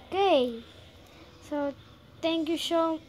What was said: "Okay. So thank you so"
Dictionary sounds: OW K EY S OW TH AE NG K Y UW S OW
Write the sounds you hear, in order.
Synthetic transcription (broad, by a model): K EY S OW T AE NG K Y UW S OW